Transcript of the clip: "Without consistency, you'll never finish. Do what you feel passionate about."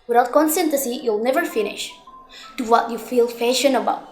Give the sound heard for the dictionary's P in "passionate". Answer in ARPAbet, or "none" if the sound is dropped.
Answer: F